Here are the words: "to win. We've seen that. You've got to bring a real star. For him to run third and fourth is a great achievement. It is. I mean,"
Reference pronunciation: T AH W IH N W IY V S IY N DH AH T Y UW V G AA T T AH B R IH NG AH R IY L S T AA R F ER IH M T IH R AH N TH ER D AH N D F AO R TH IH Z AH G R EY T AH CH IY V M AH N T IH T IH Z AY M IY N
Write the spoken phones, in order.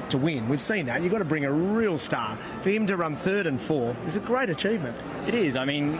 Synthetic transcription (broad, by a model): T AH W IH N W IY V S IY N DH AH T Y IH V G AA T T AH B R IH NG AH R IY L S T AA R F ER IH M T IH R AH N TH ER D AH N F AO R TH IH Z AH G R EY T AH CH IY V M AH N T IH T IH Z AY M IY N